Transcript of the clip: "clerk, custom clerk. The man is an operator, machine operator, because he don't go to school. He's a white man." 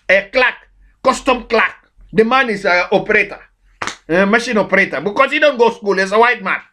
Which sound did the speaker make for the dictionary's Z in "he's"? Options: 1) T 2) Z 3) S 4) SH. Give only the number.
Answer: 3